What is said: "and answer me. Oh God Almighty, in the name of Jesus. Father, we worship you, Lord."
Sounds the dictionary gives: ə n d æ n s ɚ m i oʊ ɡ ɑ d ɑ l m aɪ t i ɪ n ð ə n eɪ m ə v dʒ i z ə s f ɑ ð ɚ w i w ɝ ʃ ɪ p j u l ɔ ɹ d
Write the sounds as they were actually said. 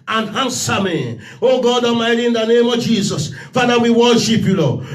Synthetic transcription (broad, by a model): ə n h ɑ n s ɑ m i oʊ ɡ ɑ d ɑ m aɪ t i ɪ n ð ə n eɪ m ə v dʒ i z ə s f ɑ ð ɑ w i w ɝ ʃ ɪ p j u l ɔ